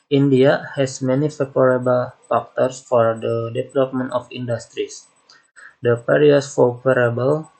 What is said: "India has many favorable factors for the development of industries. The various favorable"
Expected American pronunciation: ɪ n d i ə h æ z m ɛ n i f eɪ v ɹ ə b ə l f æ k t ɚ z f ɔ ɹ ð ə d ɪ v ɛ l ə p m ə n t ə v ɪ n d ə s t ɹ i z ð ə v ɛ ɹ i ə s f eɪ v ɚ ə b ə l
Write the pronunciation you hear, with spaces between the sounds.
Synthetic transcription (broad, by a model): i n d i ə h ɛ s m ɛ n i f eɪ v ɹ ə b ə l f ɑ k t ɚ s f ɔ ɹ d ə d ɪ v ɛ l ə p m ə n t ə f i n d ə s t ɹ i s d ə p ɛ ɹ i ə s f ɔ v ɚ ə b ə l